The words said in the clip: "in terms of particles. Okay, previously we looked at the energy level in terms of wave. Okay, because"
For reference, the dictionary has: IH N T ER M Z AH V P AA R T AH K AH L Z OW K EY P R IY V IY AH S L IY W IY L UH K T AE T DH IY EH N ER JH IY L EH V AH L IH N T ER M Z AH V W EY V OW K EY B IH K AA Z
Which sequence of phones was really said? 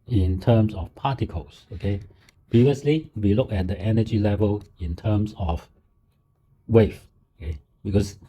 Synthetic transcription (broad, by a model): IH N T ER M S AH F P AA T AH K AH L S OW K EY P R IY V IY AH S L IY W IY L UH K EH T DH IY EH N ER JH IY L EH V AH L IH N T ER M S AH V W EY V OW K EY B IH K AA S